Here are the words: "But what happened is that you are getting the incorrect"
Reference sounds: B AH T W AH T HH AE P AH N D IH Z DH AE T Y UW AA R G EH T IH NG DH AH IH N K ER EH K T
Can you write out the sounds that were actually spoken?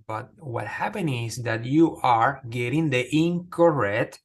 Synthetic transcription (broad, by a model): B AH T W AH T HH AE P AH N IH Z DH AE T Y UW AA R G EH T IH NG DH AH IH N K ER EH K T